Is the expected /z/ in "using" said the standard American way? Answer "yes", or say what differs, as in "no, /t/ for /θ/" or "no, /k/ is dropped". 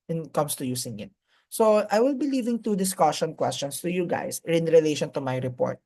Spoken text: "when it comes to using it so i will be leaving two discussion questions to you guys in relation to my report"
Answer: no, /s/ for /z/